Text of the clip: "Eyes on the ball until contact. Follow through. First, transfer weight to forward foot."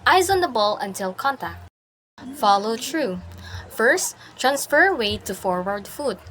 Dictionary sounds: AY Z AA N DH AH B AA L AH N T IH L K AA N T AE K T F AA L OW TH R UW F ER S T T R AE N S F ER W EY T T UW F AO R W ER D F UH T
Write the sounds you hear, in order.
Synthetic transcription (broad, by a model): AY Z AA N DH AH B AA L AH N T IH L K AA N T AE K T F AA L OW T R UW F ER S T T R AE N S F ER W EY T T UW F AO R W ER D F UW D